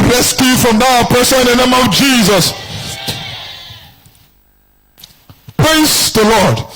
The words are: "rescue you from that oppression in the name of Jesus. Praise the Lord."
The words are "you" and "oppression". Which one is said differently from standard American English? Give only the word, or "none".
oppression